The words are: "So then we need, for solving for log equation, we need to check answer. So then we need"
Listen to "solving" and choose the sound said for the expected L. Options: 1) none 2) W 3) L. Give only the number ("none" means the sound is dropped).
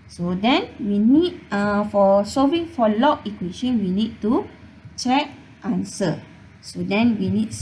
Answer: 1